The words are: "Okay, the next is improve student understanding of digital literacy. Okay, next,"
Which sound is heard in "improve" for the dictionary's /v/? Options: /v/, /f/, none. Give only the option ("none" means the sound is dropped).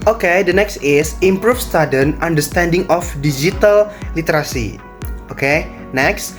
/f/